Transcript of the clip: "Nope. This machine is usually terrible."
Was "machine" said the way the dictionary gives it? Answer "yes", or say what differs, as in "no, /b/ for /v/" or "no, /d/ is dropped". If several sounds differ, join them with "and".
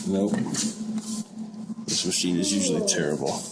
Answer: yes